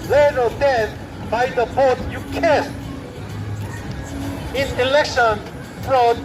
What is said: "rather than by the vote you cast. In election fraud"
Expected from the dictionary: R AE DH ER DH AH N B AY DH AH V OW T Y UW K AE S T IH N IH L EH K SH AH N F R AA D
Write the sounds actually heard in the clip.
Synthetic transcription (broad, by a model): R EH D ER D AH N B AY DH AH B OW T Y UW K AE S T IH N IH L EH K SH AH N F R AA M